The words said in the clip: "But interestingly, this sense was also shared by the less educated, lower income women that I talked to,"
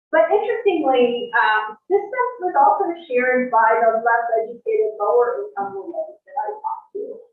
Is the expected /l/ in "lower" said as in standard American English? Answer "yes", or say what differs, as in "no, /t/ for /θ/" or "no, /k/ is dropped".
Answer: yes